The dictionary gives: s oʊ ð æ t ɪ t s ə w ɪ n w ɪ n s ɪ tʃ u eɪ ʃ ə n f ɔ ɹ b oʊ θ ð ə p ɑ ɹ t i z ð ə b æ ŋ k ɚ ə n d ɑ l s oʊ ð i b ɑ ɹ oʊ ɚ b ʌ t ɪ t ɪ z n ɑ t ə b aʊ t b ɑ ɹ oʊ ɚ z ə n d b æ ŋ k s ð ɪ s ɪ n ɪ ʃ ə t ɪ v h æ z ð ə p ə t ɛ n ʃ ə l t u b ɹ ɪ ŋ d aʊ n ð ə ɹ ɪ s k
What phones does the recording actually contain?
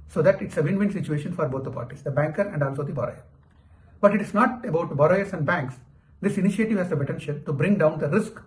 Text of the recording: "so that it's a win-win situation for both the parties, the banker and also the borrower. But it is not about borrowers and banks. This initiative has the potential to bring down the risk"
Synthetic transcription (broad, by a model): s oʊ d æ t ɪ t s ə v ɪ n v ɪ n s ɪ tʃ u eɪ ʃ ə n f ɔ ɹ b oʊ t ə p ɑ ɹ t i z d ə b æ ŋ k ɚ ə n d ɑ l s oʊ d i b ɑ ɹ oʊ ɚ b ʌ t ɪ t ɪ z n ɑ t ə b aʊ t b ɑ ɹ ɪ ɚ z ə n d b æ ŋ k s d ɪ s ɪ n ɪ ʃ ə t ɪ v h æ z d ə b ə t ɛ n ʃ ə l t u b ɹ ɪ ŋ d aʊ n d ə ɹ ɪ s k